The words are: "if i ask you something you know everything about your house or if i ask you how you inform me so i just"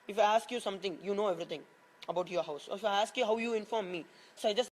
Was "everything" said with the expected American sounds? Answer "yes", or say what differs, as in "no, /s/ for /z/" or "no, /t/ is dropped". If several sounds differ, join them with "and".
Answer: no, /t/ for /θ/